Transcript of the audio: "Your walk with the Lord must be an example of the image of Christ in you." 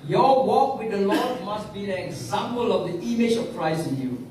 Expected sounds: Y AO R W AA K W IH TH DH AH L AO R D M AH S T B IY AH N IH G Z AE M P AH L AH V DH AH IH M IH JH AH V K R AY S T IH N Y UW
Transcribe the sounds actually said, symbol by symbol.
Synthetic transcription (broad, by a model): Y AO W AA K W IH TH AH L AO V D M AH S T B IY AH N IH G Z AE M P AH L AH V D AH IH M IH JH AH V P R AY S IH N Y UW